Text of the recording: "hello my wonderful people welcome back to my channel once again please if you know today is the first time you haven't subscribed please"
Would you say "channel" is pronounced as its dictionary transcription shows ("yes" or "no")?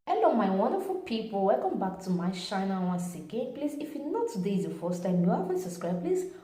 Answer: no